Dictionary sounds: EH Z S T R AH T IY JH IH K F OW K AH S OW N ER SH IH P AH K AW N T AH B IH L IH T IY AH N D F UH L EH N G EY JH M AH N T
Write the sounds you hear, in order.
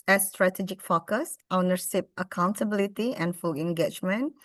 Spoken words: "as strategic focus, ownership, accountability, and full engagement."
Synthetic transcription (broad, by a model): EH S T R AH T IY JH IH K F OW K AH S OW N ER S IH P AH K AW N T AH B IH L IH T IY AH N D F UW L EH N G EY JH M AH N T